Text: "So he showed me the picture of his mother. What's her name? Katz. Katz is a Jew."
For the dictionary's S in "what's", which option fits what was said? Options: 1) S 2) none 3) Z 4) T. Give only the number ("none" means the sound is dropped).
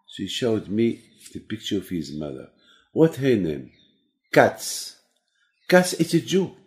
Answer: 2